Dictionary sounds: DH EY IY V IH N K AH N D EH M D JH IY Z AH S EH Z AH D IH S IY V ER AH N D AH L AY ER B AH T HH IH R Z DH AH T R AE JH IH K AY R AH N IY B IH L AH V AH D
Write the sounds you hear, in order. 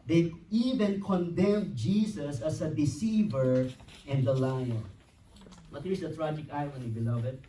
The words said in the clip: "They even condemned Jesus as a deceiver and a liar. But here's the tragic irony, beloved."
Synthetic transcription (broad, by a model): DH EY IY V IH N K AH N D EH M JH IY S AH S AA S AH D IH S IY V ER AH N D AH L AY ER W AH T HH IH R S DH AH T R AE JH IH K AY W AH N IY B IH L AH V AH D